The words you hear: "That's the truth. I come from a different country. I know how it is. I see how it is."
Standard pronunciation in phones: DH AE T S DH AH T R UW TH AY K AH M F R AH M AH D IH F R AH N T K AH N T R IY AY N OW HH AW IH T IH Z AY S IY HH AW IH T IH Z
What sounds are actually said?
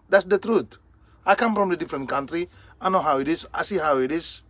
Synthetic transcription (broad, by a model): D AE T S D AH T R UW T AY K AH M F R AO M AH D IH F R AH N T K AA N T R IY AY N OW HH AW IH T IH S AY S IY HH AW IH T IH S